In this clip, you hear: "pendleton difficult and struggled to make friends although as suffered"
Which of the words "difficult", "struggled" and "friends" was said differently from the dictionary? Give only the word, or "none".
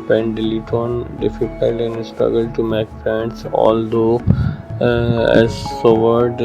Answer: friends